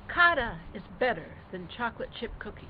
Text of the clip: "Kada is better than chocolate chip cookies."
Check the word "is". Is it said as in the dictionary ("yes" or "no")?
yes